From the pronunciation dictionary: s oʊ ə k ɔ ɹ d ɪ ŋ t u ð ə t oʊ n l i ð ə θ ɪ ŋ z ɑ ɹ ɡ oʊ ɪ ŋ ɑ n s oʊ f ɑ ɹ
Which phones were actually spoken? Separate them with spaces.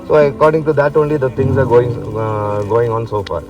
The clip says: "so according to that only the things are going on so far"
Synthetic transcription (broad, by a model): s oʊ ə k ɔ ɹ d ɪ ŋ t u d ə t oʊ n l i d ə t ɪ ŋ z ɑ ɹ ɡ oʊ ɪ ŋ ɑ n s oʊ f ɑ ɹ